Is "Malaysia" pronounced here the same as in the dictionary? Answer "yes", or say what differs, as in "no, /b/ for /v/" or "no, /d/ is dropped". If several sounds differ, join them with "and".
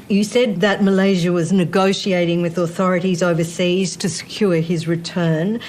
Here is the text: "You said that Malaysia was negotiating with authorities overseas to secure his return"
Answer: yes